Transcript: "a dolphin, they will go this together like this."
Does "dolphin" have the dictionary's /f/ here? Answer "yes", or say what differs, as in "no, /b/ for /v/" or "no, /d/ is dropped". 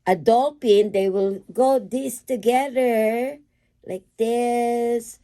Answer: no, /p/ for /f/